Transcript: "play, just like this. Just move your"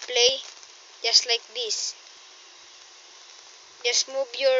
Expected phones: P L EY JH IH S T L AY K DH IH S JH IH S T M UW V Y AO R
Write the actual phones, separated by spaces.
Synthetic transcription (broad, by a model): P L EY JH IH S T L AY K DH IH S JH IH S M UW B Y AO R